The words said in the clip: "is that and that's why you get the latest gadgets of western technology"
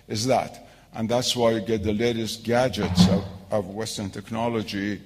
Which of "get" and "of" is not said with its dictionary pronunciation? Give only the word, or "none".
none